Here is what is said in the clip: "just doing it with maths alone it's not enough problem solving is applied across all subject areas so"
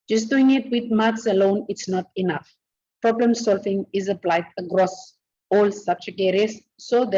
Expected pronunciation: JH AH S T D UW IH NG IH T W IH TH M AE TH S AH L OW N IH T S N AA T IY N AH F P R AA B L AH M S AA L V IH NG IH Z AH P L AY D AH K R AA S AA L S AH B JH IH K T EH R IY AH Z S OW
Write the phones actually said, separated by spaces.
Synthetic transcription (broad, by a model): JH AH S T D UW IH NG IH T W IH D M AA T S AH L OW N IH T S N AA T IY N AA F P R AA B L AH M S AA L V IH NG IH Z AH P L AY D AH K R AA S AA L S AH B CH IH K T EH R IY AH S OW